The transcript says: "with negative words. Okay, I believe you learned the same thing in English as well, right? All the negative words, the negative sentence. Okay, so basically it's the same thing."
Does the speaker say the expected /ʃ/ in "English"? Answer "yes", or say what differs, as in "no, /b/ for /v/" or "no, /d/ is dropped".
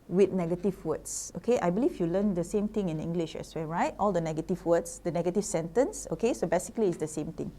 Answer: yes